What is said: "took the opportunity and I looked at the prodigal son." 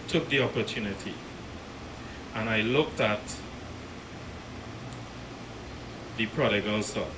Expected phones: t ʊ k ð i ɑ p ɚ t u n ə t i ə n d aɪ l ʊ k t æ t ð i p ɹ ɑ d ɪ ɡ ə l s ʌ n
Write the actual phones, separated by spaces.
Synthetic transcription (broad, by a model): t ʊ k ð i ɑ p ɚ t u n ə t i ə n aɪ l ʊ k t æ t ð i p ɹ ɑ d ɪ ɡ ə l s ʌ